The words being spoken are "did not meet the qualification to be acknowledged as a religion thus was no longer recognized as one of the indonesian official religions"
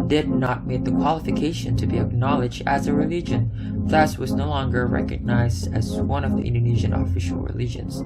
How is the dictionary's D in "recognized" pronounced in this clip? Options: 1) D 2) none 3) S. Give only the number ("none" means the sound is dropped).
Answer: 1